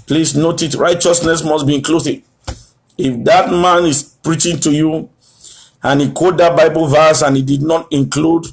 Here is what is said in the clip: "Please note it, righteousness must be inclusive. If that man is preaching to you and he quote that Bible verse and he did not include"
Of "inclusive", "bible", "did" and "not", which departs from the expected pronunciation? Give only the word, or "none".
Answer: inclusive